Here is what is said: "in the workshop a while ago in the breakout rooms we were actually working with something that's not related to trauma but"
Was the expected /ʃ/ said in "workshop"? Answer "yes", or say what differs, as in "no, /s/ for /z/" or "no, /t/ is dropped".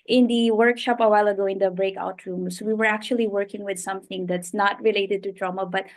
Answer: yes